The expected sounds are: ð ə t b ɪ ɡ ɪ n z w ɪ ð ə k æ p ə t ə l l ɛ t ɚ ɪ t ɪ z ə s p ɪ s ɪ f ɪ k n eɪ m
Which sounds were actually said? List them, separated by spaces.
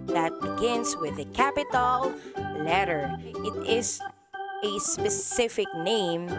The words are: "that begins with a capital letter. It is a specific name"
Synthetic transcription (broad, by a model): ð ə t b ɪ ɡ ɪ n s w ɪ ð ə k æ p ə t ə l l ɛ t ɚ ɪ t ɪ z ə s p ɪ s ɪ f ɪ k n eɪ m